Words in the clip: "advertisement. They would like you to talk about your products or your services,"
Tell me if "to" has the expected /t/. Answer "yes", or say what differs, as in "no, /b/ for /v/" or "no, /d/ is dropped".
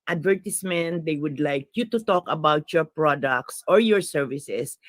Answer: yes